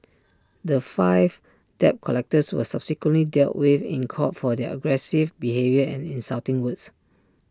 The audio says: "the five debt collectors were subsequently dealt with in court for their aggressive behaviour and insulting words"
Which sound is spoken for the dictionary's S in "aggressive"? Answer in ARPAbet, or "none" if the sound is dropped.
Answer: S